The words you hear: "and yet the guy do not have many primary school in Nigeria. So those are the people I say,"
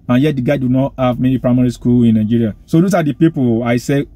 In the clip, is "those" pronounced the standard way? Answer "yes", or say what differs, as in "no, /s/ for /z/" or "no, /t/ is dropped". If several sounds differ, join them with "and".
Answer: no, /s/ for /z/